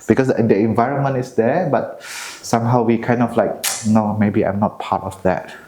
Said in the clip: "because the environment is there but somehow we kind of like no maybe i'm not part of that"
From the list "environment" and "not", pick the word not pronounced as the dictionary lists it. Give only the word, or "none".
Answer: none